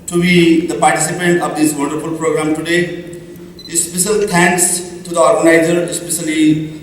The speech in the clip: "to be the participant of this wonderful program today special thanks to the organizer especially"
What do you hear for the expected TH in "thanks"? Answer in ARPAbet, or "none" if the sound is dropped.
T